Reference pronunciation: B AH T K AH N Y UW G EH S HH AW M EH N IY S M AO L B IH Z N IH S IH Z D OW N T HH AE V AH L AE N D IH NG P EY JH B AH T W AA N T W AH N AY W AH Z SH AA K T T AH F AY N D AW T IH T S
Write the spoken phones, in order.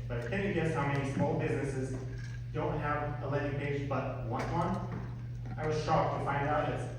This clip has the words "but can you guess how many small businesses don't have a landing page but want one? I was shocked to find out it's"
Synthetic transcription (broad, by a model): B AH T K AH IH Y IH G EH S HH AW M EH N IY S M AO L B IH Z N IH S IH Z D OW N T HH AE V AH L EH D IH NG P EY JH B AH T W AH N W AH N AY W AH Z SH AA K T T AH F AY N D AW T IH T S